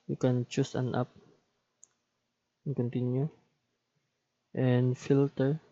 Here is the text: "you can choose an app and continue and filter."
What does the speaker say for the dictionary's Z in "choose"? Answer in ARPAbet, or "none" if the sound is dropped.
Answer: S